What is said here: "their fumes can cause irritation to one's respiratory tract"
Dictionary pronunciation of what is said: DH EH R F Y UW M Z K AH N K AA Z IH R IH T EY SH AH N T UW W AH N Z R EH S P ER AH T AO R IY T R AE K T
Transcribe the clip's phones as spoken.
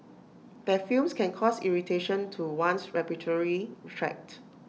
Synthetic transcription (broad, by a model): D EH F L M S K AH N K AA S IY R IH T EY SH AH N T UW W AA N S R EH P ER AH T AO R IY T R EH K T